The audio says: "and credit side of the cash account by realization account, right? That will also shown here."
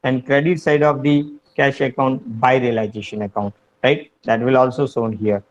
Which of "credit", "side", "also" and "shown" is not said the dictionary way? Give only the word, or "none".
shown